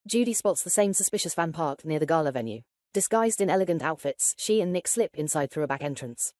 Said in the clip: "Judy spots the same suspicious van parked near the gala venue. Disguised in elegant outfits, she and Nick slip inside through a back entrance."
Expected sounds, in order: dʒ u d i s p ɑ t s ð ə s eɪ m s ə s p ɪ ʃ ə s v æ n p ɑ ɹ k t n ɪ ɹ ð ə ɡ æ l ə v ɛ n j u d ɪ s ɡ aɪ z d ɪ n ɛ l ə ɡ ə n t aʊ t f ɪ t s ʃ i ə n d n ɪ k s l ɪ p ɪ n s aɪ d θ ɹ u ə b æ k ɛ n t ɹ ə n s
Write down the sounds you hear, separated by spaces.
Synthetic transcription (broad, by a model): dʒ u d i s p ɑ t s ð ə s eɪ m s ə s p ɪ ʃ ə s f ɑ n p ɑ k n ɪ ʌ ð ə ɡ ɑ l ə v ɛ n j u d ɪ s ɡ aɪ z d ɪ n ɛ l ə ɡ ə n t aʊ t f ɪ t s ʃ i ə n n ɪ k s l ɪ p ɪ n s aɪ d θ ɹ u ə b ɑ k ɛ n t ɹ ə n s